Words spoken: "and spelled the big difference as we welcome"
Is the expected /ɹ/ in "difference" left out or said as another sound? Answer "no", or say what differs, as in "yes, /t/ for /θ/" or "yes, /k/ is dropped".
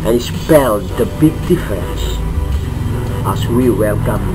yes, /ɹ/ is dropped